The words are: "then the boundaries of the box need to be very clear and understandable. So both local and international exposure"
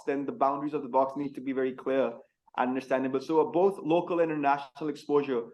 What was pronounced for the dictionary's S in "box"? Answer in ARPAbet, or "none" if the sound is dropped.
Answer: S